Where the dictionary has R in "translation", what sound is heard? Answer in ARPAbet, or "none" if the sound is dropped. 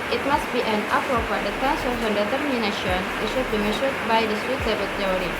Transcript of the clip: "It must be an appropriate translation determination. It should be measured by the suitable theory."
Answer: none